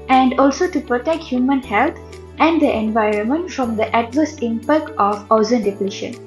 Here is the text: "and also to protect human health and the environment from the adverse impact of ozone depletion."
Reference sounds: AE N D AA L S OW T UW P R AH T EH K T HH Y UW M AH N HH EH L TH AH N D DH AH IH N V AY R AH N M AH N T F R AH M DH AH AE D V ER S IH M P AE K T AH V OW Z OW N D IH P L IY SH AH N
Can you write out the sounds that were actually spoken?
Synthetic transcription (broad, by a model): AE N D AA L S OW T UW P R AH T EH K T HH Y UW M AH N HH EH L T AH N D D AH IH N V AY R AH N M AH N T F R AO M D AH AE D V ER S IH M P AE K T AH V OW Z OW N D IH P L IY SH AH N